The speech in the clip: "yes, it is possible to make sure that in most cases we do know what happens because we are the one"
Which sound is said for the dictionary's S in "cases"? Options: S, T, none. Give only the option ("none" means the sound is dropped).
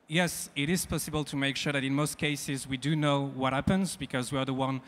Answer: S